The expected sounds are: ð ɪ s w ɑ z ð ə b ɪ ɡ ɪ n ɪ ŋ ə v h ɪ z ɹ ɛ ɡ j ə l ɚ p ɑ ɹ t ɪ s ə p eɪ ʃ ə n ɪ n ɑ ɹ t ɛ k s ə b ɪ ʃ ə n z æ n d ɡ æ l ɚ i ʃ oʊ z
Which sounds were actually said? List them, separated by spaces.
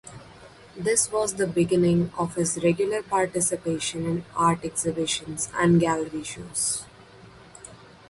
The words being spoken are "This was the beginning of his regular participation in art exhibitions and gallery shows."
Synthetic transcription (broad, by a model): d ɪ s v ɑ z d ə b ɪ ɡ ɪ n ɪ ŋ ə v h ɪ z ɹ ɛ ɡ j ə l ɚ p ɑ ɹ t ɪ s ə p eɪ ʃ ə n ɪ n ɑ ɹ t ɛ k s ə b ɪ ʃ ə n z æ n d ɡ æ l ɚ i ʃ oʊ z